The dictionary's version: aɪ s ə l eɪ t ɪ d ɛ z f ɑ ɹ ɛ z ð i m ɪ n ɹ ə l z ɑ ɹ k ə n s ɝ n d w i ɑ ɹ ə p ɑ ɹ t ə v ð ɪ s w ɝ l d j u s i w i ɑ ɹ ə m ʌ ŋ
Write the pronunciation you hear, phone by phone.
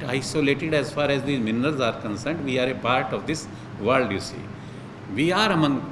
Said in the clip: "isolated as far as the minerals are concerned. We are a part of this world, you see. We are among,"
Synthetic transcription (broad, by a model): aɪ s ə l eɪ t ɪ d ɛ z f ɑ ɹ ɛ z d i m ɪ n ɹ ə l z ɑ ɹ k ə n s ɝ n d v i ɑ ɹ ə p ɑ ɹ t ə v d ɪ s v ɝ l d j u s i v i ɑ ɹ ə m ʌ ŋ